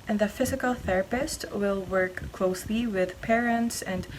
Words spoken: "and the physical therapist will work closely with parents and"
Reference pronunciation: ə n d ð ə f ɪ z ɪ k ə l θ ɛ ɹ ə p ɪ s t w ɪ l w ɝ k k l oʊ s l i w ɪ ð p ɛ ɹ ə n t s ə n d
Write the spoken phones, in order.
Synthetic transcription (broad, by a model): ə n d ð ə f ɪ z ɪ k ə l θ ɛ ɹ ə p ɪ s t w ɪ l w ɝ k k l oʊ s l i w ɪ ð p ɛ ɹ ə n t s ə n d